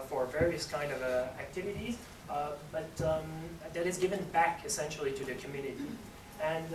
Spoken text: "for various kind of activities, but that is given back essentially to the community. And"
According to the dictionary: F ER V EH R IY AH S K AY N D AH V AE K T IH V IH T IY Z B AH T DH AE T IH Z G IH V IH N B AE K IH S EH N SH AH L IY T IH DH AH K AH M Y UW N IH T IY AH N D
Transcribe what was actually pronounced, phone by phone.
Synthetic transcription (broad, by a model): F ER V EH R IY AH S K AY N D AH V AE K T IH V IH T IY Z B AH T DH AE T IH Z G IH V IH N B AE K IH S EH N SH L IY T IH DH AH K AH M Y UW N IH T IY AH N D